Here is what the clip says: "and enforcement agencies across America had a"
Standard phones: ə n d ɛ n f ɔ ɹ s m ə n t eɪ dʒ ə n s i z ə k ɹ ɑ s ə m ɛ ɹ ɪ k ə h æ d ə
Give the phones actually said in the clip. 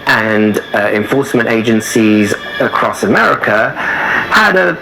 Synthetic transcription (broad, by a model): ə n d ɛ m f ɔ ɹ s m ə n t eɪ dʒ ə n s i z ə k ɹ ɑ s ə m ɛ ɹ ɪ k ə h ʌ d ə